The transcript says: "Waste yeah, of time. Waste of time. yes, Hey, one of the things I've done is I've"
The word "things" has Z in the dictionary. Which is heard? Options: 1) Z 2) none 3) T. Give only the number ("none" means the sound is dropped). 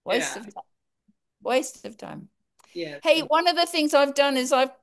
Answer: 1